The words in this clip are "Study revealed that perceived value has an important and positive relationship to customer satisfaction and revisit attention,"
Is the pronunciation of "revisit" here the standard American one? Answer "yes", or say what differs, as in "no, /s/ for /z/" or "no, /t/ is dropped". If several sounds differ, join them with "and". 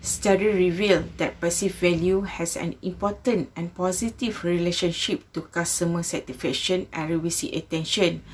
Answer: no, /w/ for /v/ and /s/ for /z/